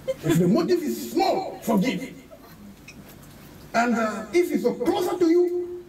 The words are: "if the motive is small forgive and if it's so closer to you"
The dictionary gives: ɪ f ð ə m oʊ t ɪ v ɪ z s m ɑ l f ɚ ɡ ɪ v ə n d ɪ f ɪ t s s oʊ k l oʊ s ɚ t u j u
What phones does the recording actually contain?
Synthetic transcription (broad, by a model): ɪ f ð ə m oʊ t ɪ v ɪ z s m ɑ l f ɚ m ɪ ə n d ɪ f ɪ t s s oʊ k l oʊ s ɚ t u j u